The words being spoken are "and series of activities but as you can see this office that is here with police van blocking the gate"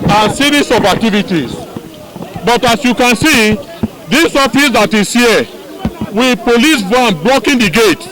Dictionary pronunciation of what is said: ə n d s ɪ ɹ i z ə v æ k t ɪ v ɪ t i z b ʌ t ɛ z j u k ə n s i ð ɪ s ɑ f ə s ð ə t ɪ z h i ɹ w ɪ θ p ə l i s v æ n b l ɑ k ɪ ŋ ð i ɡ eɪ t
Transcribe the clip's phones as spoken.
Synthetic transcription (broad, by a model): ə n s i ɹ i s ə b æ k t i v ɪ t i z b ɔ t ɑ s j u k ə n s i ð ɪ s ɑ f ə s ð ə t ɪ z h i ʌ w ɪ p ə l i s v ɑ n b l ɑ k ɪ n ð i ɡ eɪ t